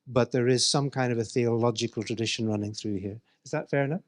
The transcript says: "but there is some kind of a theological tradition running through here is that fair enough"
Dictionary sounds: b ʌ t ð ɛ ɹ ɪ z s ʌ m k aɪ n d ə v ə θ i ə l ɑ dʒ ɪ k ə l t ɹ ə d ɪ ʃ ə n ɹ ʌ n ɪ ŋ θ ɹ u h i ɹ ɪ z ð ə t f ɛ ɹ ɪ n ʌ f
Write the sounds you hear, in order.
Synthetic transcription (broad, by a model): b ʌ t ð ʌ ɹ ɪ z s ʌ m k aɪ n d ə v ə θ i ə l ɑ dʒ ɪ k ə l t ɹ ə d ɪ ʃ ə n ɹ ʌ n ɪ ŋ θ ɹ u h i ɹ ɪ z ð ə t f ɛ ɹ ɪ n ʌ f